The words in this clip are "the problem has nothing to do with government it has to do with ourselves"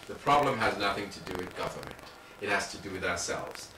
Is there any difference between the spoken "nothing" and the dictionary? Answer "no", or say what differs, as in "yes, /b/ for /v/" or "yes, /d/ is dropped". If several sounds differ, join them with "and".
no